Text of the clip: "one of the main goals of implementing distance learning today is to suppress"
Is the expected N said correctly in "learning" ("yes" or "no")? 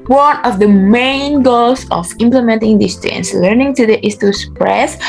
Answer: yes